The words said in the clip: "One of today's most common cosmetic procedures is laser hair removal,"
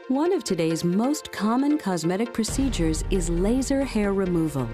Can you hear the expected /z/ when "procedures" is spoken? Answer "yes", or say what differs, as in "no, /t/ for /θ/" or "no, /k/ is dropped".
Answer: yes